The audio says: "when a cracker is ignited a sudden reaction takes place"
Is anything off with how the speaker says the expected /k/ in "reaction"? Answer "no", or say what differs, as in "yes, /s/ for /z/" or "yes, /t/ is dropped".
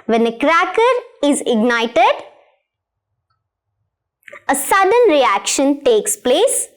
no